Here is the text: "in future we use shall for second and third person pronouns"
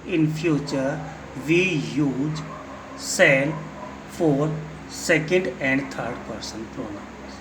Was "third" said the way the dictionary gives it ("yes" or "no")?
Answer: no